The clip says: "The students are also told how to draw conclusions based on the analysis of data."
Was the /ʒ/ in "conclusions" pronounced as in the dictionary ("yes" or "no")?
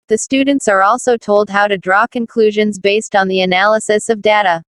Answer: yes